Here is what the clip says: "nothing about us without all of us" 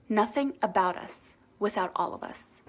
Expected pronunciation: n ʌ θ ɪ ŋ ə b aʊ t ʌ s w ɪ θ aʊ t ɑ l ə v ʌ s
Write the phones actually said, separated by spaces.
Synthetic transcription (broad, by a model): n ʌ θ ɪ ŋ ə b aʊ t ʌ s w ɪ θ aʊ t ɑ l ə v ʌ s